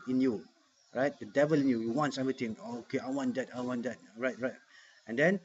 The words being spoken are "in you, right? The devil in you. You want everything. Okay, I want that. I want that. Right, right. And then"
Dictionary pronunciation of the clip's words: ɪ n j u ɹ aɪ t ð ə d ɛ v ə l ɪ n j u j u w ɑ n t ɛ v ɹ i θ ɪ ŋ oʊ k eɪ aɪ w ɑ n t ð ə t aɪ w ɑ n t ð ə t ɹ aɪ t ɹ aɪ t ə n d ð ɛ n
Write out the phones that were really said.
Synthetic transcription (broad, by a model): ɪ n j u ɹ aɪ t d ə d ɛ v ə l ɪ n j u j u w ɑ n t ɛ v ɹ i t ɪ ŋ oʊ k eɪ aɪ w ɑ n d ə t aɪ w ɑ n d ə t ɹ aɪ t ɹ aɪ t ə n d ɛ n